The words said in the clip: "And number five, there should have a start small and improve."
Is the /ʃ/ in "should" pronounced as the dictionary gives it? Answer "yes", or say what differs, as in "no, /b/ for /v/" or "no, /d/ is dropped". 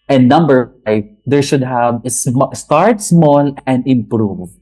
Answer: yes